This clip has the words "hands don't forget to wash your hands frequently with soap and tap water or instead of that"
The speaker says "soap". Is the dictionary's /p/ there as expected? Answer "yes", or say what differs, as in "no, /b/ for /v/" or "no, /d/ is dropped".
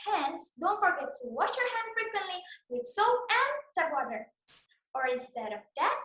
no, /p/ is dropped